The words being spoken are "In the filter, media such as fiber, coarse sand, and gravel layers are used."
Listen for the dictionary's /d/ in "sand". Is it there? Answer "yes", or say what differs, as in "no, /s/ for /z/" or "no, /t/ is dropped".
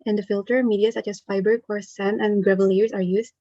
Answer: no, /d/ is dropped